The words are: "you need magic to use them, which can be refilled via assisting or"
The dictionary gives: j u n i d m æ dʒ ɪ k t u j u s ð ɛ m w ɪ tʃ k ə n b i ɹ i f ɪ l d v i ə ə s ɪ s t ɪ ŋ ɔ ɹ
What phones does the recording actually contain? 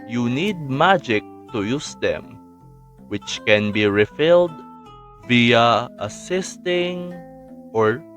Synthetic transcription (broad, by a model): j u n i d m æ dʒ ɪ k t u j u s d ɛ m w ɪ tʃ k ə n b i ɹ i f ɪ l d v i ə ə s ɪ s t ɪ ŋ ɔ ɹ